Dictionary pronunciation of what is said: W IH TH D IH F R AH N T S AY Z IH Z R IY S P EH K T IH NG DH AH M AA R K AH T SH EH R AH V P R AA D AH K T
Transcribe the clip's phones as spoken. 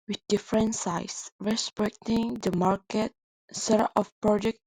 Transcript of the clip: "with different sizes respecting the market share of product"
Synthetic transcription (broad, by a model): W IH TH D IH F R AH N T S AY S R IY S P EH K T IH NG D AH M AA R K AH T S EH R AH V P R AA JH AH K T